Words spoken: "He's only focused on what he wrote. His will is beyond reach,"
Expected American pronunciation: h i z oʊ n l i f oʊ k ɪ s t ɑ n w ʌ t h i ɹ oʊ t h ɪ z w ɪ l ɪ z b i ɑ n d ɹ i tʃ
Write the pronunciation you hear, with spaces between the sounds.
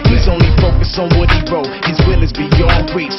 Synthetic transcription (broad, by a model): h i z oʊ n l i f oʊ k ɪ s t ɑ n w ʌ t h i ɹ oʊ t h ɪ z w ɪ l ɪ z b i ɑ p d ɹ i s